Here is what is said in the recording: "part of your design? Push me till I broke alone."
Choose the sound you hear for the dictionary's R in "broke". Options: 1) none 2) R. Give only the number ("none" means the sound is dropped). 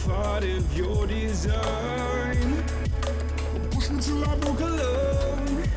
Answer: 1